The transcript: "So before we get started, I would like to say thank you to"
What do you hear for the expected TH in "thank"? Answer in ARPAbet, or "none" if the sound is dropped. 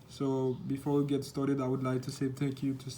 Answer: T